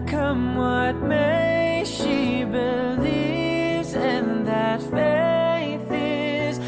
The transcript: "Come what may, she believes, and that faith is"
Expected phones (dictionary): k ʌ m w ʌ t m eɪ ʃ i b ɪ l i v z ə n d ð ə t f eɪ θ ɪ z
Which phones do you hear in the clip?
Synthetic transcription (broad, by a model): k ʌ m w ʌ t m eɪ ʃ i b ɪ l i v z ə n ð ə t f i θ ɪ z